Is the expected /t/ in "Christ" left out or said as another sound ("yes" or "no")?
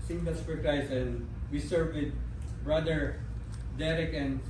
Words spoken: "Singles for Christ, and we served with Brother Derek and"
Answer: yes